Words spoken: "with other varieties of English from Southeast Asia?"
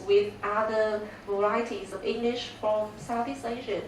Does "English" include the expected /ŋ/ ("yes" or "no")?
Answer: yes